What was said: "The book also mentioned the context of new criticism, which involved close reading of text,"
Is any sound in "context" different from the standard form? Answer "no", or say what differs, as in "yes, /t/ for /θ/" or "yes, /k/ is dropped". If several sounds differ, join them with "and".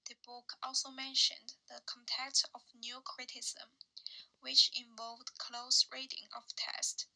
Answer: yes, /s/ is dropped